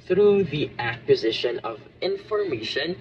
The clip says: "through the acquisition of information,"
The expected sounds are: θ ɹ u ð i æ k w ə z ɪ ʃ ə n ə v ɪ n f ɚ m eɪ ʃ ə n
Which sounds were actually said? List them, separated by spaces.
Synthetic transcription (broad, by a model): θ ɹ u ð i æ k w ə z ɪ ʃ ə n ə v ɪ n f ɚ m eɪ ʃ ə n